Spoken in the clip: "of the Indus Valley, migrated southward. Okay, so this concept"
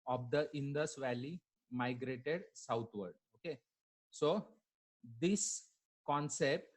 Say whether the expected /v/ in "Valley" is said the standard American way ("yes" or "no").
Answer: yes